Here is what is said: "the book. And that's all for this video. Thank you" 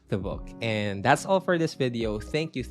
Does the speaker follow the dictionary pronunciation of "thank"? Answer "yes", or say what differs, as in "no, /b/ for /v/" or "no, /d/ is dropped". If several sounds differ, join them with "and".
yes